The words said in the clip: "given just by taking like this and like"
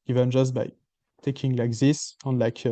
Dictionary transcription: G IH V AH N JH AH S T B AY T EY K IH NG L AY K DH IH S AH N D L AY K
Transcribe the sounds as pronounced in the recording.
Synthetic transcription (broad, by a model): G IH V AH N JH AH S T B AY T EY K IH NG L AY K DH IH S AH N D L AY K